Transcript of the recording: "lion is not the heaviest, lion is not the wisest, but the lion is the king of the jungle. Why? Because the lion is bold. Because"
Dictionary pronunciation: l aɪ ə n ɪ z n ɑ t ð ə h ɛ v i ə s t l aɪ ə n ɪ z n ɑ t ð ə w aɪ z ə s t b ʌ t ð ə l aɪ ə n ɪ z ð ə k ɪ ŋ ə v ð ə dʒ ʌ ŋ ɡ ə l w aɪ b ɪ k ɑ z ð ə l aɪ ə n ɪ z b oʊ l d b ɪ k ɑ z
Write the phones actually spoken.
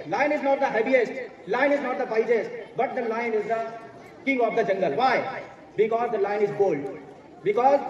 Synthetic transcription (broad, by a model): l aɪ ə n ɪ z n ɑ t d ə h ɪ b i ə s t l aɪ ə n ɪ z n ɑ t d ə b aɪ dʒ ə s t b ʌ t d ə l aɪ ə n ɪ z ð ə k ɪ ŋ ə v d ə dʒ ʌ ŋ ɡ ə l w aɪ b ɪ k ɑ z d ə l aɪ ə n ɪ z b oʊ l d b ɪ k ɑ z